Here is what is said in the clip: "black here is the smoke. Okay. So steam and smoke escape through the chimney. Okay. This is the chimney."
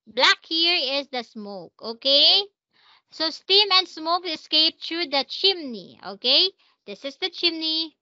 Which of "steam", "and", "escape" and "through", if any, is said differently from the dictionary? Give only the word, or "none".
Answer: through